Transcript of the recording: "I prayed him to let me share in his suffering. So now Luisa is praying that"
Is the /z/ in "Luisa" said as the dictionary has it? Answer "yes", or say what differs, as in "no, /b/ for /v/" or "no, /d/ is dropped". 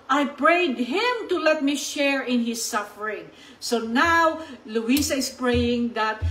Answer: no, /s/ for /z/